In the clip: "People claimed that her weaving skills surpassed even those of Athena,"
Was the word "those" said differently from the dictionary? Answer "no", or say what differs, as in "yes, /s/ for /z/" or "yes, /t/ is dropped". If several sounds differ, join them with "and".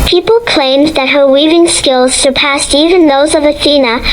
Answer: no